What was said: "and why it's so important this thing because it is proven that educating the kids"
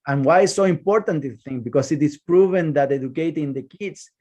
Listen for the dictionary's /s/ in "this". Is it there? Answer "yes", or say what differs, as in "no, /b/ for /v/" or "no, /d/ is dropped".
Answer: no, /s/ is dropped